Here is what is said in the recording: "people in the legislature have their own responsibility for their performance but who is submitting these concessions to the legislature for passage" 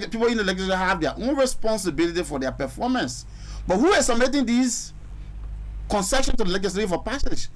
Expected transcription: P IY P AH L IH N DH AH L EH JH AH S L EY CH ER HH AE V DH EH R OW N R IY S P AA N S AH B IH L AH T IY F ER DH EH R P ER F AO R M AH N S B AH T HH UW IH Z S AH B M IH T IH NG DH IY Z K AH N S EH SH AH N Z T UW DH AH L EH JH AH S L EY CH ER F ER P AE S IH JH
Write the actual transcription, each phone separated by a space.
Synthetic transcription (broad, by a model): P IY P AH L IH N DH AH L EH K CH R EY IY HH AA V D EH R OW N R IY S P AA N S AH B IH L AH T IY F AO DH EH P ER F AO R M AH N S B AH T HH UW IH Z S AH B M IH T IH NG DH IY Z K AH N S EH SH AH N T UW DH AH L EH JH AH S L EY IY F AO P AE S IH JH